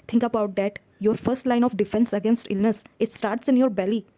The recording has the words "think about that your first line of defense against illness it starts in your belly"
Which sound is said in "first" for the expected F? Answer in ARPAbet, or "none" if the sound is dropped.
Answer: F